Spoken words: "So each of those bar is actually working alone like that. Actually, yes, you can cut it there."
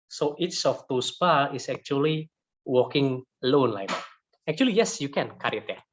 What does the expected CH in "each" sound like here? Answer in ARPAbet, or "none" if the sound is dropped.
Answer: S